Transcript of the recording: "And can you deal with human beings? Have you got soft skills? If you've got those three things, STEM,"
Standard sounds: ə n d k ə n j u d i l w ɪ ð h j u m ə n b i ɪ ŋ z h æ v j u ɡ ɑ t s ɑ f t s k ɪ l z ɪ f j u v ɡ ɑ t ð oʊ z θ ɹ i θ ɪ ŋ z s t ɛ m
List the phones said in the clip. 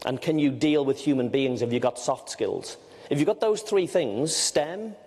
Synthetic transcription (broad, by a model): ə n k ə n j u d i l w ɪ ð h j u m ə n b i ɪ ŋ z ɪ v j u ɡ ɑ t s ɑ f t s k ɪ l z ɪ f j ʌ ɡ ɑ t ð oʊ z θ ɹ i θ ɪ ŋ z s t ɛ m